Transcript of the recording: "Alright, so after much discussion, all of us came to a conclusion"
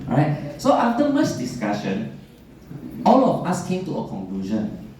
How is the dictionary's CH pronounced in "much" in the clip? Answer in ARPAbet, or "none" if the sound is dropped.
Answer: S